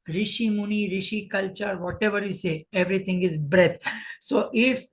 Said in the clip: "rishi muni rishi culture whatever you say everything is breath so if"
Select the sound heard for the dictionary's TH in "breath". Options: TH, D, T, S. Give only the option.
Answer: T